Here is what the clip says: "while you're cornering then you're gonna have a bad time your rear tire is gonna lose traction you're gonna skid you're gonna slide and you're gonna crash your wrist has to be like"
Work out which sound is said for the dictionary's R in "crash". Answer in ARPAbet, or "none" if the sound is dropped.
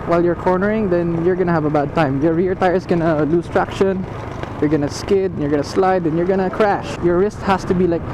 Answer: R